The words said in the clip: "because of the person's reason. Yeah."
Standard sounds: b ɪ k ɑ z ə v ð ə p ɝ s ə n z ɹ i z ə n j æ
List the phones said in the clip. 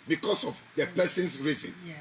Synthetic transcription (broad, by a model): b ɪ k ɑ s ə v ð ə p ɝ s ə n s ɹ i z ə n